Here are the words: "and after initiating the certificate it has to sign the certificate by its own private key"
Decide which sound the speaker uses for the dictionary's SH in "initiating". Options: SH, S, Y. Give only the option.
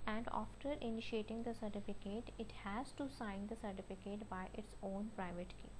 SH